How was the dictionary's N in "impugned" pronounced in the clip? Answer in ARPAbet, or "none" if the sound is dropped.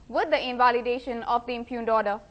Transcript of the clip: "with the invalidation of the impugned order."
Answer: N